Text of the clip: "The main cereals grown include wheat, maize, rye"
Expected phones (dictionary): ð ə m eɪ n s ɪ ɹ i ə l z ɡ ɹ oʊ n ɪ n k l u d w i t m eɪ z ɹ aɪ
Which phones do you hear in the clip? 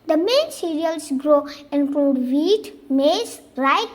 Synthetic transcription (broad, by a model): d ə m eɪ n s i ɹ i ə l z ɡ ɹ oʊ ɪ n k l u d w i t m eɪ s ɹ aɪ